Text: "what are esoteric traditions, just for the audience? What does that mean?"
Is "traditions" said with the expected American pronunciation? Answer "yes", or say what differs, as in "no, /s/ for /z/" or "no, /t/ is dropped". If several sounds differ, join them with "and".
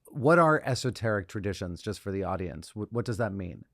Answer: yes